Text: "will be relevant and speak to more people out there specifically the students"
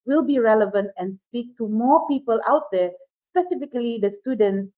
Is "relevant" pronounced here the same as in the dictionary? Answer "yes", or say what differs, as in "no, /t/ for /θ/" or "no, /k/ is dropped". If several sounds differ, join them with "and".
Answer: yes